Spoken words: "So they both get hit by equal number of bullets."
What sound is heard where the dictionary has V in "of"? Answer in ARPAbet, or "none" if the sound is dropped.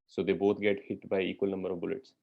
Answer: V